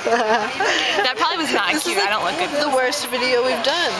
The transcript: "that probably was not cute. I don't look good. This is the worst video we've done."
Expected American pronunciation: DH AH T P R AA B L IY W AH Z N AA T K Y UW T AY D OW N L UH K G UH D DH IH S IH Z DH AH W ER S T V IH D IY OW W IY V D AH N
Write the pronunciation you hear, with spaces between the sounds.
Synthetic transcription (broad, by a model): DH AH T P R AA B L IY W AH Z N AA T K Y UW AY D OW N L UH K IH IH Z DH AH W ER S T V IH D IY OW W IY V D AH N